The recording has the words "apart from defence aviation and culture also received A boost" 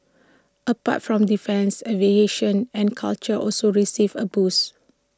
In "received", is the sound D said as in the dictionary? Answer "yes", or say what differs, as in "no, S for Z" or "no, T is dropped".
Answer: no, D is dropped